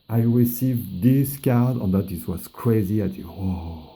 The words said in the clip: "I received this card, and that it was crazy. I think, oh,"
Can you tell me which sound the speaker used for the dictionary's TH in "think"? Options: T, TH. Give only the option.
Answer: T